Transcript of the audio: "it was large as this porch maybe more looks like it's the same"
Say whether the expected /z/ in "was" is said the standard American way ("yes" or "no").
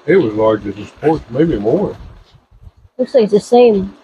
yes